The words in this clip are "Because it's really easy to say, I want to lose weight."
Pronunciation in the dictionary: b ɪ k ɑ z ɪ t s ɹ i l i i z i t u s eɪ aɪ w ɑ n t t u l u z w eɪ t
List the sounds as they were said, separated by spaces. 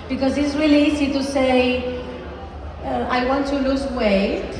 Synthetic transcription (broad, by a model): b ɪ k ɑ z ɪ t s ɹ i l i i s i t u s eɪ aɪ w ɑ n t t u l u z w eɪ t